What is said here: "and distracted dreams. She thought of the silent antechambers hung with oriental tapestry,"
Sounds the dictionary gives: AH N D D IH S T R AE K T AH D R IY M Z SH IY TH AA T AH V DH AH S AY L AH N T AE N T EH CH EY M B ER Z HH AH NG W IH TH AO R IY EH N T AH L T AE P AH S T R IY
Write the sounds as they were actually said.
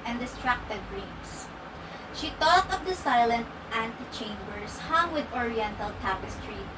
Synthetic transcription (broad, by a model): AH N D D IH S T R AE K T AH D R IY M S SH IY T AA T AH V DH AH S AY L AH N T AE N T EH CH EY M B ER S HH AH NG W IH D AO R IY EH N T AH L T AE P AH S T R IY